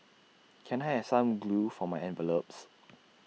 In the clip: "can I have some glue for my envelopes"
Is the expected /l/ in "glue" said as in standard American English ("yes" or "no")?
yes